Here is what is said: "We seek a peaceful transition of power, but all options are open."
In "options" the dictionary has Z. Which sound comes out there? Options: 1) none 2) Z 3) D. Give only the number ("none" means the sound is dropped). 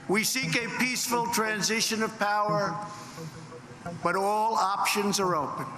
2